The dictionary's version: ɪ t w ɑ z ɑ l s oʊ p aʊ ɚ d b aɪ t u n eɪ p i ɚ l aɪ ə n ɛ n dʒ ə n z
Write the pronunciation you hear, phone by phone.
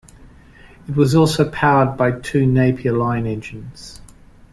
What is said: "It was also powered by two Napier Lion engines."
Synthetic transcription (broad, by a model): ɪ t w ɑ z ɑ l s oʊ p aʊ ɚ d b aɪ t u n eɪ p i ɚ l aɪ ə n ɛ n dʒ ə n z